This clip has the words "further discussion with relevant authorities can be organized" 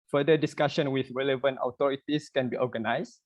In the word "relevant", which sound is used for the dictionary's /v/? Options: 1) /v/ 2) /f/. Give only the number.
1